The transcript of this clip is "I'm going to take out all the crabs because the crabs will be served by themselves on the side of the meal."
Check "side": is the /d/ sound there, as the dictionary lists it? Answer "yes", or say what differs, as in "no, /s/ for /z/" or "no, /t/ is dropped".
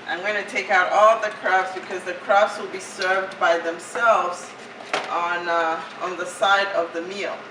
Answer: yes